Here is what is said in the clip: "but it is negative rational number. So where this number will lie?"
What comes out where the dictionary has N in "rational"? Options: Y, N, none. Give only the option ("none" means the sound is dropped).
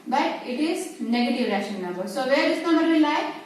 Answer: none